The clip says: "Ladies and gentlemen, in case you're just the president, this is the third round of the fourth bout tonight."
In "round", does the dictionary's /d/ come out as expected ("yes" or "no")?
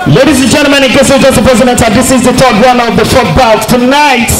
no